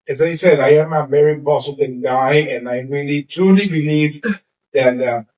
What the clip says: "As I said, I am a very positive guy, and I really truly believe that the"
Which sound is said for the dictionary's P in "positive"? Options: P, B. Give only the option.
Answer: B